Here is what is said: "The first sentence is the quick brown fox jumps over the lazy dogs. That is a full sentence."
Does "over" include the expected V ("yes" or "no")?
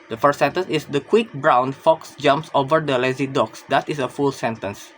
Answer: yes